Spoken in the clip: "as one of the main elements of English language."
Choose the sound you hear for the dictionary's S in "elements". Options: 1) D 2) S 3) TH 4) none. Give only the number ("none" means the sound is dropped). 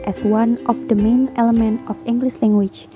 4